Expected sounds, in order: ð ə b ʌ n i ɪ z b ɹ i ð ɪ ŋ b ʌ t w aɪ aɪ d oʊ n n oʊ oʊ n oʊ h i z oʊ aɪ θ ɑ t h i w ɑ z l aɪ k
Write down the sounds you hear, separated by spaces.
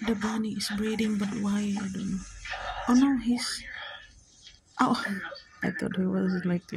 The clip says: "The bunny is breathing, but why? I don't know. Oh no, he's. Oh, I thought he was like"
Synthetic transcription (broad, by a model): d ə b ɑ n i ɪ s b ɹ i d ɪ ŋ b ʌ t w aɪ aɪ d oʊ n n oʊ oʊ n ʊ h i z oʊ aɪ t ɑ t h i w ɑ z l aɪ k